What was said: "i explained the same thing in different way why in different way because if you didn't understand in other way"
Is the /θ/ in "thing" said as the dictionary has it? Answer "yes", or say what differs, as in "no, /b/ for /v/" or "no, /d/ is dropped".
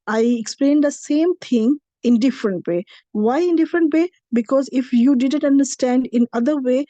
no, /t/ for /θ/